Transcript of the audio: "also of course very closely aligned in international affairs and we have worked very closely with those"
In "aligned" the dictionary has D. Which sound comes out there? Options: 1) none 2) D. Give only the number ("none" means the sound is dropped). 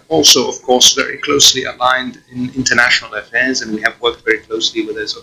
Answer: 2